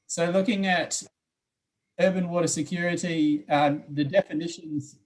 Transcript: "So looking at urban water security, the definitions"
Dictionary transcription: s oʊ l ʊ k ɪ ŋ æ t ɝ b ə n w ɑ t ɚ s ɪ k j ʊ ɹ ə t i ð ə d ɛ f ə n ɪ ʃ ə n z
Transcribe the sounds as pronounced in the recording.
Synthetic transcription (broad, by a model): s oʊ l ʊ k ɪ ŋ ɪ t ɝ b ə n w ɑ t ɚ s ɪ k j ʊ ɹ ə t i ð ə d ɛ f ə n ɪ ʃ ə n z